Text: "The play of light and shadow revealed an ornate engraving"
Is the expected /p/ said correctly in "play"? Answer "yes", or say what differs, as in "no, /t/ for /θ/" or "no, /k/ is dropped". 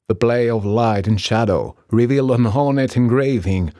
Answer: no, /b/ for /p/